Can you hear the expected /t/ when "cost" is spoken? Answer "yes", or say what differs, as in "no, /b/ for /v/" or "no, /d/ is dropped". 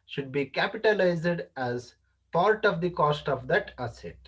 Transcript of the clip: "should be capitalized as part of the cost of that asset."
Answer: yes